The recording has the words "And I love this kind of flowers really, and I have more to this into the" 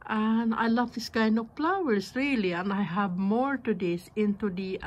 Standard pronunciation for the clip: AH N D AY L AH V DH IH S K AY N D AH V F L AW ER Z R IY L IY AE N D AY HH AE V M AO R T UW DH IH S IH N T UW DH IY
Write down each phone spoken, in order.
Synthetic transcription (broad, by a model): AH N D AY L AH V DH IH S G AY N AH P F L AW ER S R IY L IY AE N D AY HH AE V M AO R T UW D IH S IH N T UW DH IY